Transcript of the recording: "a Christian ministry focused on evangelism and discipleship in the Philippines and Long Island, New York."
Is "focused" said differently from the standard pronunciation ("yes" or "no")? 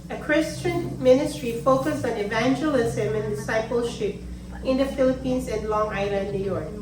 yes